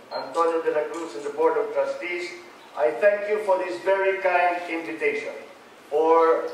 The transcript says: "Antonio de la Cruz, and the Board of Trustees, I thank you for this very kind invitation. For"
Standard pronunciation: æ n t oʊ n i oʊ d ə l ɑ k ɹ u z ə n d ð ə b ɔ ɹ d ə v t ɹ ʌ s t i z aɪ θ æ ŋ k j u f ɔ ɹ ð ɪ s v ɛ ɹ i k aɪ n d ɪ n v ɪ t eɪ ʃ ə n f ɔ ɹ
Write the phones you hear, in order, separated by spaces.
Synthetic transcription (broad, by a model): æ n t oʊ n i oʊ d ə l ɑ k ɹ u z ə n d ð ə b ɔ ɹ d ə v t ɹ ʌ s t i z aɪ t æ ŋ k j u f ɔ ɹ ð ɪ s v ɛ ɹ i k aɪ n d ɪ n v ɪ t eɪ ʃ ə n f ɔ ɹ